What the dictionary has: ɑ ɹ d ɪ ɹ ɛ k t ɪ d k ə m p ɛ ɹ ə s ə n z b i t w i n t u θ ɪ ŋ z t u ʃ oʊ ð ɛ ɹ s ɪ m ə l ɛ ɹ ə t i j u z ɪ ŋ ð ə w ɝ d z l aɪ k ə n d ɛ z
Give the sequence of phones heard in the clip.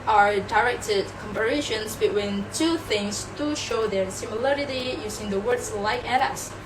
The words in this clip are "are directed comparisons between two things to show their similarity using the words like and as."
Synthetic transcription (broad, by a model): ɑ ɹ d ɪ ɹ ɛ k t ɪ d k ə m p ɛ ɹ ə ʃ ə n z b i t w i n t u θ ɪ ŋ s t u ʃ oʊ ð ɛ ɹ s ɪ m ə l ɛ ɹ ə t i j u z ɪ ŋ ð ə w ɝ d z l aɪ k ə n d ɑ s